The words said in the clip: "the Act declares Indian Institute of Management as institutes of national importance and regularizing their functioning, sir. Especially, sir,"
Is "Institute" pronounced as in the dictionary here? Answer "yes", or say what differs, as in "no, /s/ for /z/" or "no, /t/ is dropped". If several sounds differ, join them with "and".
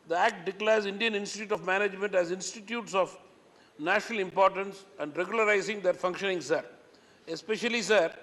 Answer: yes